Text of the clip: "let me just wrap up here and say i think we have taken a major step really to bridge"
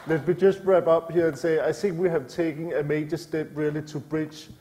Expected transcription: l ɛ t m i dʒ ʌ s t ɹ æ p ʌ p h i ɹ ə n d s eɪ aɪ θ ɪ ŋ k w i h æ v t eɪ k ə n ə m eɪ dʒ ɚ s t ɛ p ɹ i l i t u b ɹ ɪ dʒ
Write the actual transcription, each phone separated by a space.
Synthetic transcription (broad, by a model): l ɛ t m i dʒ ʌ s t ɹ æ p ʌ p h i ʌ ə n s eɪ aɪ θ ɪ ŋ k w i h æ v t eɪ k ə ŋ ə m eɪ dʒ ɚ s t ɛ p ɹ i l i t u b ɹ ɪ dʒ